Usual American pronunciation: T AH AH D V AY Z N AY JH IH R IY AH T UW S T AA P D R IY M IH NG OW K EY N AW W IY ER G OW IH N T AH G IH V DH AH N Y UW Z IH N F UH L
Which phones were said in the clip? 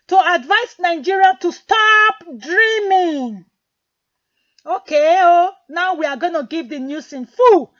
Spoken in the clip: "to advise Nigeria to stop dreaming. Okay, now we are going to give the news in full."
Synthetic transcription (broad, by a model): T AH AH D V AY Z N AY JH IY R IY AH T UW S T AA P D R IY M IH NG OW K EY N AW W IY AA G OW N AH G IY V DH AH N Y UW S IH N F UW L